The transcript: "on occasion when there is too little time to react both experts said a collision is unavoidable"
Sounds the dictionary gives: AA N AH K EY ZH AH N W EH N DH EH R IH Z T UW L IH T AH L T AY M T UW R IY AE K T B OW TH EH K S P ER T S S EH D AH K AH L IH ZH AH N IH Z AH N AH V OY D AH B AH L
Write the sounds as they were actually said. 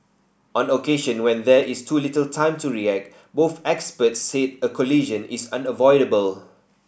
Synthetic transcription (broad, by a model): AA N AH K EY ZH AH N W EH N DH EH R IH S T UW L IH T AH L T AY M T UW R IY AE K T B OW TH EH K S P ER T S S EH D AH K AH L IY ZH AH N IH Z AH N AH V OY D AH B AH L